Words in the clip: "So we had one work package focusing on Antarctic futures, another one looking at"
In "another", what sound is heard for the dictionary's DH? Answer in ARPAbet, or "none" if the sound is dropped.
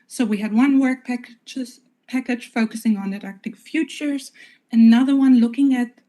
DH